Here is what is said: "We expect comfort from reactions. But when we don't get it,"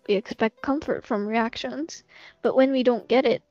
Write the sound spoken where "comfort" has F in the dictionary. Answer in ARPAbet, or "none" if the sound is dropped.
F